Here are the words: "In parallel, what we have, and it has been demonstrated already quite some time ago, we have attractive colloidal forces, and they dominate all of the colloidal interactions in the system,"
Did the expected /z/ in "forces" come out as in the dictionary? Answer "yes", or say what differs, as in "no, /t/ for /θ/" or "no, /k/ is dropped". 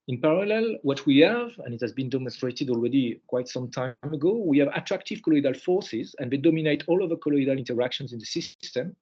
yes